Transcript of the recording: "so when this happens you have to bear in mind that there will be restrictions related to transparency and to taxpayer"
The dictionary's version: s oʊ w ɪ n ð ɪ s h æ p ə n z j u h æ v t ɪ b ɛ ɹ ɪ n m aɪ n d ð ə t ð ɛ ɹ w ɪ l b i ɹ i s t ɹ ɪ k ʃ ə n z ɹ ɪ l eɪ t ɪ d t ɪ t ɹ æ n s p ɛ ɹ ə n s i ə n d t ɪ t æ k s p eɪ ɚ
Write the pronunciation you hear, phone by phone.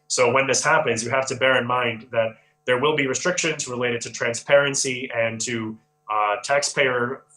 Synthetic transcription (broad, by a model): s oʊ w ɪ n ð ɪ s h æ p ə n z j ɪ h æ f t ɪ b ɛ ɹ ɪ n m aɪ n ð ə t ð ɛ ɹ w ɪ l b i ɹ i s t ɹ ɪ k ʃ ə n z ɹ ɪ l eɪ t ɪ d t ɪ t ɹ æ n s p ɛ ɹ ə n s i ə n t ɪ t æ k s p eɪ ɚ